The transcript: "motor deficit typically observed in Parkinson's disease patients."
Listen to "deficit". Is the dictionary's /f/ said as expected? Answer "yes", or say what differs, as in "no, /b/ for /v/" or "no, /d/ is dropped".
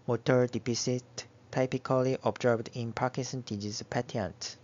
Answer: no, /p/ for /f/